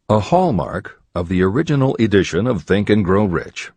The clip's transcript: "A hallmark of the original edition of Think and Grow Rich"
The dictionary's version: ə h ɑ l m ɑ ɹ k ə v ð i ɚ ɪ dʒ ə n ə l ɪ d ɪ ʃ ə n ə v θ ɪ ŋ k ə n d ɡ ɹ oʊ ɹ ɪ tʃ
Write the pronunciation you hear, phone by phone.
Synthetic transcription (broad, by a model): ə h ɑ l m ɑ ɹ k ə v ð i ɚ ɪ dʒ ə n l ɪ d ɪ ʃ ə n ə v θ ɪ ŋ k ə n ɡ ɹ oʊ ɹ ɪ tʃ